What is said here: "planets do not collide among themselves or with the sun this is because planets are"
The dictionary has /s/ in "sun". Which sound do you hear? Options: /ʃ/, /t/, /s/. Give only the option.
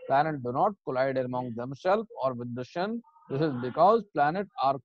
/ʃ/